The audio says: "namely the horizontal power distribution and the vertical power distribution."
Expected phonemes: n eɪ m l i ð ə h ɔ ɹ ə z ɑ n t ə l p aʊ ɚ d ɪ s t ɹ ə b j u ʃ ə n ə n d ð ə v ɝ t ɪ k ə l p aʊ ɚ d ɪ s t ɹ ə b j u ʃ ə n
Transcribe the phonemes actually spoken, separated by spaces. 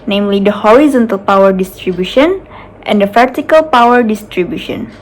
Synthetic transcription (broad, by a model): n eɪ m l i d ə h ɔ ɹ ə z ɑ n t ə l p aʊ ɚ d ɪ s t ɹ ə b j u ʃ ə n ə n d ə p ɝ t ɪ k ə l p aʊ ɚ d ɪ s t ɹ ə b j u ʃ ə n